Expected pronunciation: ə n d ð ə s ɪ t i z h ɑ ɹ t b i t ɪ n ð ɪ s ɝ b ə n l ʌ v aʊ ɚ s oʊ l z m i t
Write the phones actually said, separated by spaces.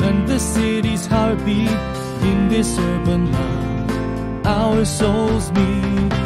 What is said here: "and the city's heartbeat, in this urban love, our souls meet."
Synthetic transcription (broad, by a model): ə n ð ə s ɪ t i z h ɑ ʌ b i ɪ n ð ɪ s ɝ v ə n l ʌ aʊ ɚ s oʊ l z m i